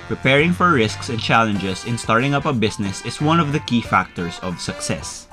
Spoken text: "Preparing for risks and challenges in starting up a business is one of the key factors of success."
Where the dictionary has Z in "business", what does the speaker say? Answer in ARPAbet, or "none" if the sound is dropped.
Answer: S